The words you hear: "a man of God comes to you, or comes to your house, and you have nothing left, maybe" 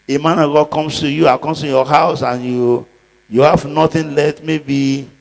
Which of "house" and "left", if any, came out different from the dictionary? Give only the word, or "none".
left